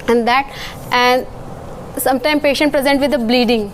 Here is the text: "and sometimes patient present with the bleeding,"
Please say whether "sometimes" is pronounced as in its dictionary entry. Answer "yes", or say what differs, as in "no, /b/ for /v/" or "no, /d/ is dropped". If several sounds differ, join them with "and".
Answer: no, /z/ is dropped